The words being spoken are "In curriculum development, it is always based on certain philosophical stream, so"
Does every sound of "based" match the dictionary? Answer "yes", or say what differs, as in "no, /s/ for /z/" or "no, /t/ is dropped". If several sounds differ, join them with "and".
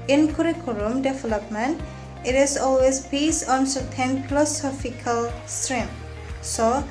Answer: no, /t/ is dropped